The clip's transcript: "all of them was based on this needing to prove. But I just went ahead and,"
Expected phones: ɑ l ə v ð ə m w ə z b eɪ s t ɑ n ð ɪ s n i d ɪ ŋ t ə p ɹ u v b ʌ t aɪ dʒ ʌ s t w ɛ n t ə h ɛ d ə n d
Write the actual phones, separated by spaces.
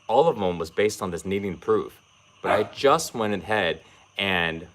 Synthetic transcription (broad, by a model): ɑ l ə v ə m w ə z b eɪ s t n ð ɪ s n i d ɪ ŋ p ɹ u f b ʌ t aɪ dʒ ʌ s t w ɛ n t ə h ɛ d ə n